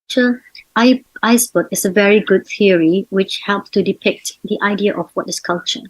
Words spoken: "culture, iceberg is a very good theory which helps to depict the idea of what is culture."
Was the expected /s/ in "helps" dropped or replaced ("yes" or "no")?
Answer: no